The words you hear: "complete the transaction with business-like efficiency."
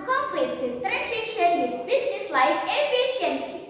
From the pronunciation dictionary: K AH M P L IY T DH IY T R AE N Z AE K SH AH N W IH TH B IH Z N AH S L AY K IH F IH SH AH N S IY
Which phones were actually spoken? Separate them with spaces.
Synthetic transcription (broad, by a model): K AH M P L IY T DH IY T R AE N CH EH SH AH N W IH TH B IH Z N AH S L AY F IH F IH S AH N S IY